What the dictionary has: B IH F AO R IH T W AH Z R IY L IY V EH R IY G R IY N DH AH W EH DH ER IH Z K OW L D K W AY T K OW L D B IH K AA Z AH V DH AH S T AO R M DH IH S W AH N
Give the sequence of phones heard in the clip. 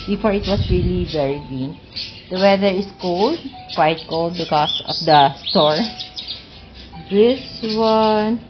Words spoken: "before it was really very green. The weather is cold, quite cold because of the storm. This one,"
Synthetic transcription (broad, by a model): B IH F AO R IH T W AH S R IY L IY V EH R IY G IY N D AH W EH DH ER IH S K OW L D K W AY T K OW L D B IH K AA S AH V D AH S T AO R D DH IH S W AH N